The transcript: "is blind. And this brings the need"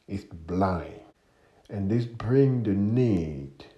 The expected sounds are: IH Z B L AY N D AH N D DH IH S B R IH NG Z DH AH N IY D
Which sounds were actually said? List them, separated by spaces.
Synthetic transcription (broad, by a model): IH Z B L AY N AH N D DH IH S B R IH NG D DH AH N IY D